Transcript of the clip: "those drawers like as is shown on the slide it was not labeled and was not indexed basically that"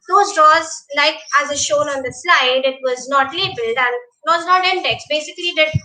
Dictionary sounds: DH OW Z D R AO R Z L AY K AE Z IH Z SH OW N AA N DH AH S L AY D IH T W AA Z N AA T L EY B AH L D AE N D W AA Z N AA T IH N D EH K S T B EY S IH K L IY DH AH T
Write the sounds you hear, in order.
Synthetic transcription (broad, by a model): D OW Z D R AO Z L AY K AE Z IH SH OW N AA N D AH S L AY D IH T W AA Z N AA T L EY B AH L D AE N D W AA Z N AA T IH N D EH K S B EY S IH K L IY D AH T